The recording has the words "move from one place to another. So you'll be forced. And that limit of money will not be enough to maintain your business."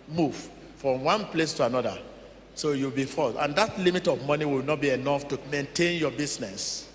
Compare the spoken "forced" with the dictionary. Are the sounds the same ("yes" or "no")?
no